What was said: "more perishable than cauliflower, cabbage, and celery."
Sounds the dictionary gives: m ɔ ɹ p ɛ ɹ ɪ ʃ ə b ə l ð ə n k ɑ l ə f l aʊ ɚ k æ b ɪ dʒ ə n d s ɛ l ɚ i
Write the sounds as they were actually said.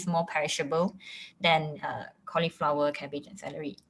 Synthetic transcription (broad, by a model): m ɔ p ɛ ɹ ɪ ʃ ə b ə l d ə n k ɑ l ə f l aʊ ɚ k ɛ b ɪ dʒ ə n s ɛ l ɚ i